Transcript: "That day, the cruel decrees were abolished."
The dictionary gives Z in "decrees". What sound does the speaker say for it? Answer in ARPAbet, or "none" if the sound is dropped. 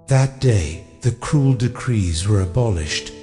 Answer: Z